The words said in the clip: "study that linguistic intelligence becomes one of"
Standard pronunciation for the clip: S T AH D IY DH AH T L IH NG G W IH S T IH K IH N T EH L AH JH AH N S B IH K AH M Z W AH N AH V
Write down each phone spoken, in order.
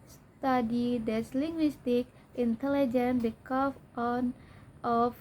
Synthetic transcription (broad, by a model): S T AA D IY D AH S L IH NG G W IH S T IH K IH N T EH L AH JH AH N B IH K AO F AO N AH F